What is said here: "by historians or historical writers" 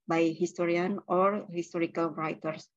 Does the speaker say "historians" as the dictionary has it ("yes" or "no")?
no